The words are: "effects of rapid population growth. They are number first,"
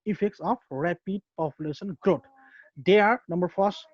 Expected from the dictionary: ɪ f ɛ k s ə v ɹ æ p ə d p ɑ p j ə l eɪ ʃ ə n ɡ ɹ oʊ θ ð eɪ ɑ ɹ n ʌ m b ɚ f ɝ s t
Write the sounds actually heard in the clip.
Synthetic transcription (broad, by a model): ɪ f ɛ k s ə p ɹ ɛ p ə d p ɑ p j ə l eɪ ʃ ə n ɡ ɹ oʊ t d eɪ ɑ ɹ n ʌ m b ɚ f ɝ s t